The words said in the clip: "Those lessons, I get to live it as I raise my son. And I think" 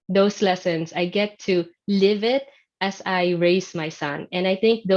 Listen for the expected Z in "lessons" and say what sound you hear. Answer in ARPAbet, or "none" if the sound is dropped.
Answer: S